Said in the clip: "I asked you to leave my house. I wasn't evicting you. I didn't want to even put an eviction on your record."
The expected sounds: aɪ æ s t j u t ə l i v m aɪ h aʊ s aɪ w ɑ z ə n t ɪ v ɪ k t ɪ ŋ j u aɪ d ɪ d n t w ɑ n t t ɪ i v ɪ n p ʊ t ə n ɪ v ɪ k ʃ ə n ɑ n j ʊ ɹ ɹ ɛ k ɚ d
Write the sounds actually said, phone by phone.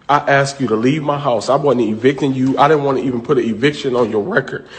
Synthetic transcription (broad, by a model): aɪ æ s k j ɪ t ə l i v m aɪ h aʊ s aɪ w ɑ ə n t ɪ v ɪ k t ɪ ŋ j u aɪ d ɪ d n t w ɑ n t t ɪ i v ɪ n p ʊ t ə ɪ v ɪ k ʃ ə n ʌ n j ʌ ɹ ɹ ɛ k ɚ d